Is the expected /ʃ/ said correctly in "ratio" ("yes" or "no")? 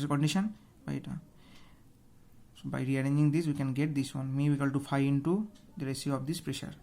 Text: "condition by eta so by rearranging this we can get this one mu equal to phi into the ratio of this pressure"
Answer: no